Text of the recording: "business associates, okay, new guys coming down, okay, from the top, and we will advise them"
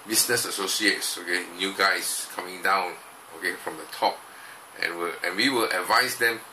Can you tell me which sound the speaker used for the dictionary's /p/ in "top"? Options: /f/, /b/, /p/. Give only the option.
/p/